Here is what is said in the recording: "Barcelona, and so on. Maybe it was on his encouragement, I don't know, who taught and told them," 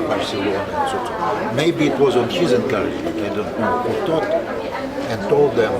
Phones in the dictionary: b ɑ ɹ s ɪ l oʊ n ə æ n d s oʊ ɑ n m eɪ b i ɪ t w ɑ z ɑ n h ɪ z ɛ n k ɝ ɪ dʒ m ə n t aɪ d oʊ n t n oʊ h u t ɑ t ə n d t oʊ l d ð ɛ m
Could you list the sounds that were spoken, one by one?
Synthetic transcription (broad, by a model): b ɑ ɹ s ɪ l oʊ n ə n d s oʊ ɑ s m eɪ b i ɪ t w ɑ z ɑ n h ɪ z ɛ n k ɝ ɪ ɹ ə t aɪ d oʊ n t n oʊ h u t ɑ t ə n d t oʊ l d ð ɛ m